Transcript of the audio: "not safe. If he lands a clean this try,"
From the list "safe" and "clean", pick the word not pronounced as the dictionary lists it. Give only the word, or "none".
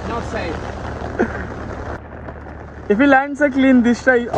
safe